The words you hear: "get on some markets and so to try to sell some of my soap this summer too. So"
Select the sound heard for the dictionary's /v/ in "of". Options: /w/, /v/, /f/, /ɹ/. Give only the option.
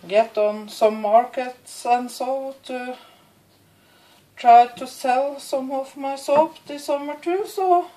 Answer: /f/